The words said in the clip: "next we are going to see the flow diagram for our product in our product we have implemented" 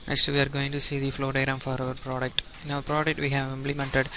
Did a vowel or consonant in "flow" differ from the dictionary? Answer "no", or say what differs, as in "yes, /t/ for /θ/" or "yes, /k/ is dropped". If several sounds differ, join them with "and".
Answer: no